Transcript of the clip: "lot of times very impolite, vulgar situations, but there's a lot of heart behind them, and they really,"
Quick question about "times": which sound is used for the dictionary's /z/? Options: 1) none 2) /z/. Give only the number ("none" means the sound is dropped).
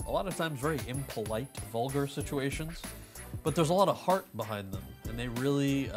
2